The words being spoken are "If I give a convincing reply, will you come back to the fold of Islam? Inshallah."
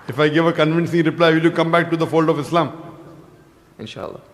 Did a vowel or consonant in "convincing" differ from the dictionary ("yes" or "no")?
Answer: no